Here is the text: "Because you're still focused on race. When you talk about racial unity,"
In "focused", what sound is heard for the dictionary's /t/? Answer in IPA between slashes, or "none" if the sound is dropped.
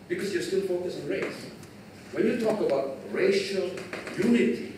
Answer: none